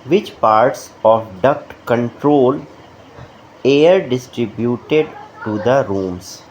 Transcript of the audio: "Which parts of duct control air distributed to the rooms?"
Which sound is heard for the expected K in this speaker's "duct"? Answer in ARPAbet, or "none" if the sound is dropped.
K